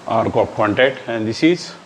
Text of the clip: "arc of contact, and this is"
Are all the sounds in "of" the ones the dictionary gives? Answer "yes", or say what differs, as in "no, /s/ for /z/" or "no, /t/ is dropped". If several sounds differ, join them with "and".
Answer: no, /p/ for /v/